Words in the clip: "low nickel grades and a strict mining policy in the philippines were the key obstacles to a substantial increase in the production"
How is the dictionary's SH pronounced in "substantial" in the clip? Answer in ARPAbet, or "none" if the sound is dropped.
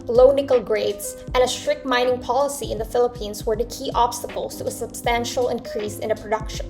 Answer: SH